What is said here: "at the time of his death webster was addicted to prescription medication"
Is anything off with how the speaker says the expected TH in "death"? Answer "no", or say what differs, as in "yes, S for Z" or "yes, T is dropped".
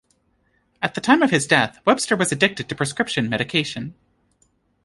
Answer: no